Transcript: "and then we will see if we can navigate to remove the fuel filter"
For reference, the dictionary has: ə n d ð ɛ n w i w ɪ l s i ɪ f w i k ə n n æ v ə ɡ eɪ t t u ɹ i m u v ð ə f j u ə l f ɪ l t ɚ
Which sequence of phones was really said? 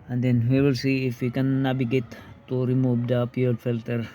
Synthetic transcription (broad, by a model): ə n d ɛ n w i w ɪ l s i ɪ f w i k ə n n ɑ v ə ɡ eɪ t t u ɹ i m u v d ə p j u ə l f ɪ l t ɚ